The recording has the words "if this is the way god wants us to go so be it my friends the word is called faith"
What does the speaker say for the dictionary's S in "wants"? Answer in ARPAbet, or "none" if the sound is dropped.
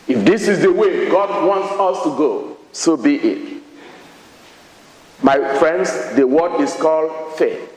S